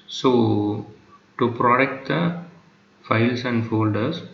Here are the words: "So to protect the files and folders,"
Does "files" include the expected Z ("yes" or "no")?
no